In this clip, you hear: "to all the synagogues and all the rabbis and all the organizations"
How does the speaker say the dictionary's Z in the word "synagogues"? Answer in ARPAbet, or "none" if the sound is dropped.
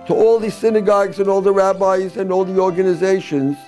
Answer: Z